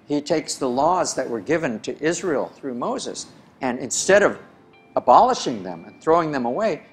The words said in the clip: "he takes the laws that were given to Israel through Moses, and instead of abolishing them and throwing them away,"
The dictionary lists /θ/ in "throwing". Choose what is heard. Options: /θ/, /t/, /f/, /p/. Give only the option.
/θ/